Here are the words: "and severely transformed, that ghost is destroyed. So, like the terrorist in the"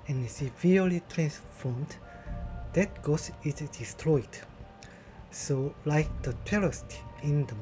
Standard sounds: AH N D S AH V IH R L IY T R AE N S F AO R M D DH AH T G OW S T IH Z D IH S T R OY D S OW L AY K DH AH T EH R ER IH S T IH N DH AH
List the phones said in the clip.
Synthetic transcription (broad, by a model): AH N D S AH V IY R L IY T R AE N S F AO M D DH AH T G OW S IH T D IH S T R OY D S OW L AY K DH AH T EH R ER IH S T IH N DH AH